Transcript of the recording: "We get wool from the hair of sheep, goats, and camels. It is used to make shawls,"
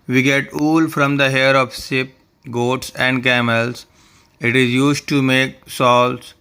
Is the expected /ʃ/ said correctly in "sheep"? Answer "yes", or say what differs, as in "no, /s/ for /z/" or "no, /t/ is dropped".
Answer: no, /s/ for /ʃ/